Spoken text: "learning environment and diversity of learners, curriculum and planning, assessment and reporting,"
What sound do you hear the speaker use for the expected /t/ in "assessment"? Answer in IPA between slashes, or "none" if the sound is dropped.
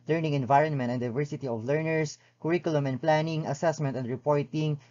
/t/